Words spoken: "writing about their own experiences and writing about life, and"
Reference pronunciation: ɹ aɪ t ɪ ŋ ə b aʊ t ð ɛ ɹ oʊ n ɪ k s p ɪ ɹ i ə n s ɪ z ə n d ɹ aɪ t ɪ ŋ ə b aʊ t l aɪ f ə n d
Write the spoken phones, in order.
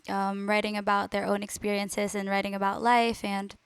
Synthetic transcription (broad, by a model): ɹ aɪ t ɪ ŋ ə b aʊ t ð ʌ ɹ oʊ n ɪ k s p ɪ ɹ i ə n s ɪ z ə n ɹ aɪ t ɪ ŋ ə b aʊ t l aɪ f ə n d